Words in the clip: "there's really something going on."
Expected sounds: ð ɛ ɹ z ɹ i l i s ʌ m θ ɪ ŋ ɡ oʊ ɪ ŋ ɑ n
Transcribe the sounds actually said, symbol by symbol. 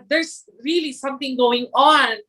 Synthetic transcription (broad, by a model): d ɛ ɹ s ɹ i l i s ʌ m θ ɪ ŋ ɡ oʊ ɪ ŋ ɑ n